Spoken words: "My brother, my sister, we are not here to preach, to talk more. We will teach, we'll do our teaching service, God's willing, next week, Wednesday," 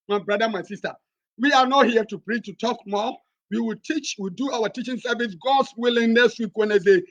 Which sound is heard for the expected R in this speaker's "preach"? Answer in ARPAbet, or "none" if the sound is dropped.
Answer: R